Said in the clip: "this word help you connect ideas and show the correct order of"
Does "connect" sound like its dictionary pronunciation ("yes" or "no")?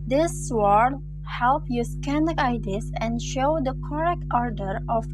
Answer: no